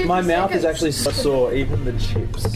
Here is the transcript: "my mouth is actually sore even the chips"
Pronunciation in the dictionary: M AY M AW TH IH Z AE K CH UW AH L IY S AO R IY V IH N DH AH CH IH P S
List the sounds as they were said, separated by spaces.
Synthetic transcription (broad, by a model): M AY M AW TH IH Z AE K CH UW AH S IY S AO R IY V IH N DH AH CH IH P S